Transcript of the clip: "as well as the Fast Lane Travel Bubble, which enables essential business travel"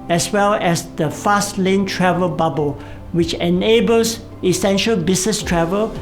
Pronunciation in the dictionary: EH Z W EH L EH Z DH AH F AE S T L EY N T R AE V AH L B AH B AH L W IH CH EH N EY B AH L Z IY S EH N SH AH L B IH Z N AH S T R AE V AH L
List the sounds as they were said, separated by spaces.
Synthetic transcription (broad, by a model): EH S W EH L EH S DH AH F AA S T L EY N T R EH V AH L B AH B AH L W IH CH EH N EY B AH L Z IY S EH N SH AH L B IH S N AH S T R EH V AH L